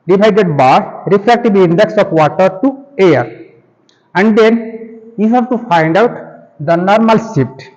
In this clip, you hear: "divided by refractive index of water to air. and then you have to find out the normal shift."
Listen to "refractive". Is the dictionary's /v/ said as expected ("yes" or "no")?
no